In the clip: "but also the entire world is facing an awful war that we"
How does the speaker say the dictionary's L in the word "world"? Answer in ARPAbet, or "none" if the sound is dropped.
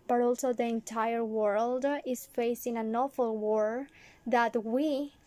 L